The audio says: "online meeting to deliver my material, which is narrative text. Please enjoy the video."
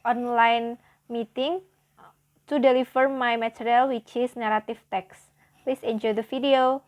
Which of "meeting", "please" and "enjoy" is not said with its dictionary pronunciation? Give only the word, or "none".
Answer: please